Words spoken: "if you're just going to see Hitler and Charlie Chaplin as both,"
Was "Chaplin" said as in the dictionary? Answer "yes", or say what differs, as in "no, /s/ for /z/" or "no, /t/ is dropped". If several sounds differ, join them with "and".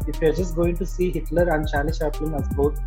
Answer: no, /ʃ/ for /tʃ/ and /l/ is dropped